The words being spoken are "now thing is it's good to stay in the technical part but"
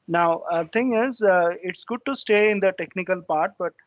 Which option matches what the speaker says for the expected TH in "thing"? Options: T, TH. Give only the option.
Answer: T